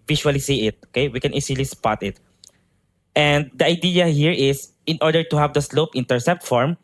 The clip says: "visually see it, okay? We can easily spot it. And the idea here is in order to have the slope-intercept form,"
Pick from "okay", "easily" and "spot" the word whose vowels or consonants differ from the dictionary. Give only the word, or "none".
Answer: easily